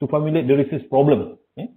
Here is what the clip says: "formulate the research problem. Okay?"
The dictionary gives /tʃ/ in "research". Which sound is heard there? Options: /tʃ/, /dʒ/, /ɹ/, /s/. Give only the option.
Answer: /s/